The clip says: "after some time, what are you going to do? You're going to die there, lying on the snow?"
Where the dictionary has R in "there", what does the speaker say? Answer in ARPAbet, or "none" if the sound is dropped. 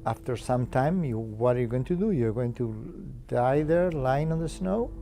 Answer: R